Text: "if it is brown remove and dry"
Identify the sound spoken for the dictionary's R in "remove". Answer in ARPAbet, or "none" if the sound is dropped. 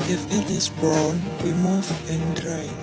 W